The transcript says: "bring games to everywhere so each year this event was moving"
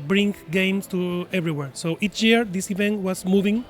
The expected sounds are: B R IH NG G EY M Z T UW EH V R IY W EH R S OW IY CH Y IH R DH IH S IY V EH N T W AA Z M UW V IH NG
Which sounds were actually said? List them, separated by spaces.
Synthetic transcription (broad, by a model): B R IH NG G EY M S T UW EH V R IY W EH R S OW IY CH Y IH R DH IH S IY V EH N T W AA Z M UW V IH NG